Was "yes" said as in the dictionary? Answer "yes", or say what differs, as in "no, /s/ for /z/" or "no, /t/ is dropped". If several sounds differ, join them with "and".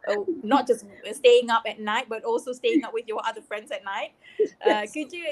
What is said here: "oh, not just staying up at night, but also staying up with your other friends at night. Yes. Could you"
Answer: no, /s/ is dropped